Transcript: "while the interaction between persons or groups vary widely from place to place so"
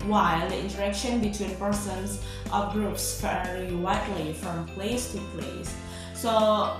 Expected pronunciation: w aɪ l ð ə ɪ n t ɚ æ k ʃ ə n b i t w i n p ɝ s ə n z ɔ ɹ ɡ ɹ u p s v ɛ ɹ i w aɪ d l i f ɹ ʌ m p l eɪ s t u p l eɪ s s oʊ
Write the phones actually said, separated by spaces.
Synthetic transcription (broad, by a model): w aɪ l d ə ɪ n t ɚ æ k ʃ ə n b i t w i n p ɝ s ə n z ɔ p ɡ ɹ u p s f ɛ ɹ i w aɪ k l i f ɹ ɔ m p l eɪ s t u p l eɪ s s oʊ